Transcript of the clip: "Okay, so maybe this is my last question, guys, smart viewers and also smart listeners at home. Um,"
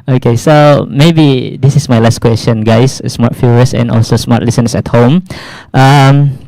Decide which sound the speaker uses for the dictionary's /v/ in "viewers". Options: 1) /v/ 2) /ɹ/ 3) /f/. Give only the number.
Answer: 3